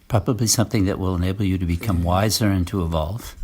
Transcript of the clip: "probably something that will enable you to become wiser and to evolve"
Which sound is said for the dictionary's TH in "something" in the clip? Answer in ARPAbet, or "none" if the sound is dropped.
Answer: TH